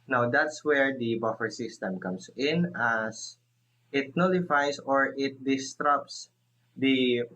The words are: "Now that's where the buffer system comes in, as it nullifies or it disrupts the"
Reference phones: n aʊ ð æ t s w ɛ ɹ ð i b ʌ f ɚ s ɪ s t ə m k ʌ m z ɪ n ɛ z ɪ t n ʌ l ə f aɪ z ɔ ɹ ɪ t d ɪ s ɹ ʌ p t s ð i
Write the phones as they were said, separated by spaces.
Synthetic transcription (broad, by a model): n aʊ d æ t s w ɛ ɹ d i b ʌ f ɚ s ɪ s t ə m k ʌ m s ɪ n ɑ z ɪ t n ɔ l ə f aɪ s ɔ ɹ ɪ t d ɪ s ɹ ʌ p s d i